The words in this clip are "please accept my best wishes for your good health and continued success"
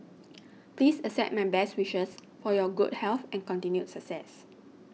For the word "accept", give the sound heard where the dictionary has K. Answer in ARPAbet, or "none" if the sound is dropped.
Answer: none